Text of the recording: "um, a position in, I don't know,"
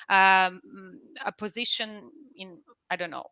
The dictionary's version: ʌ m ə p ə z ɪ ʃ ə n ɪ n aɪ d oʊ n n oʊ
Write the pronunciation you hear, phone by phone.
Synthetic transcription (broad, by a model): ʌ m ə p ə z ɪ ʃ ə n ɪ n aɪ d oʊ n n oʊ